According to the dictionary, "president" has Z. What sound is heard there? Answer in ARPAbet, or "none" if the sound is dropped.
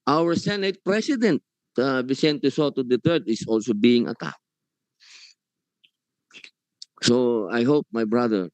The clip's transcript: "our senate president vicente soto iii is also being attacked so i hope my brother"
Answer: S